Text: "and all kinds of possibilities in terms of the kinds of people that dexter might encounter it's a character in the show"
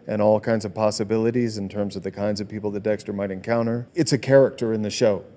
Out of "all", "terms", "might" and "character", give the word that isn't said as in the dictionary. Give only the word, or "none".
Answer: none